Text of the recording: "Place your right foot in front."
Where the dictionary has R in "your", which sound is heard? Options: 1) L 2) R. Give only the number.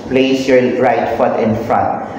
1